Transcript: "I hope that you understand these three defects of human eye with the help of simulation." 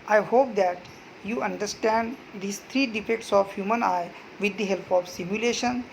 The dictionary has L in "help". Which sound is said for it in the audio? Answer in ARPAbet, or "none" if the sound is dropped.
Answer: L